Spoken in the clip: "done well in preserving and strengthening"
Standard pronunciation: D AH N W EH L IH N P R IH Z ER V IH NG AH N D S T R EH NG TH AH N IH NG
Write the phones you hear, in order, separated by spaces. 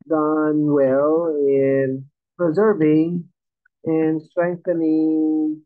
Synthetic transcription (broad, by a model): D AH N W EH L IH N P R IH Z ER V IH NG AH N S T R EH NG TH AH N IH NG